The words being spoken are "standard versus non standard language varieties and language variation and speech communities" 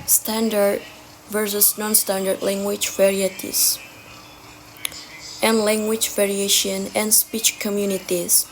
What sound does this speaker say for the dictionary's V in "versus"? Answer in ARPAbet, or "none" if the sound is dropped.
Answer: V